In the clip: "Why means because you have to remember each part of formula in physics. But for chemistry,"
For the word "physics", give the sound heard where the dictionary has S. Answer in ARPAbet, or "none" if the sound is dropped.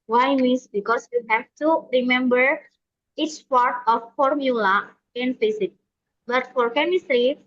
none